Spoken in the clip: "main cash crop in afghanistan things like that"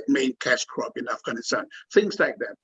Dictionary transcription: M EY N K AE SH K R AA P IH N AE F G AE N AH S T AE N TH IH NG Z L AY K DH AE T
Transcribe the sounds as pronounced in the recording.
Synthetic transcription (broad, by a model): M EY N K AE S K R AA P IH N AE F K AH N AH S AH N TH IH NG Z L AY K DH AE T